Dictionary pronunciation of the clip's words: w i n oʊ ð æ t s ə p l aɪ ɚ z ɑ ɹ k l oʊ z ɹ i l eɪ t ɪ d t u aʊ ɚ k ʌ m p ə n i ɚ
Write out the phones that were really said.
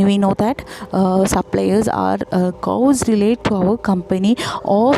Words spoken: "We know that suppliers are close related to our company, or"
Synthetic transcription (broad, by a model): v i n oʊ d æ t s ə p l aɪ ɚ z ɑ ɹ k oʊ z ɹ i l eɪ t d t u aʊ ɚ k ʌ m p ə n i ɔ